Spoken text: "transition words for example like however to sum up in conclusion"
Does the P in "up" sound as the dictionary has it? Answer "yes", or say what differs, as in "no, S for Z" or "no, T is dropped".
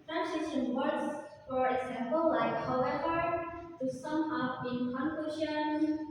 no, B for P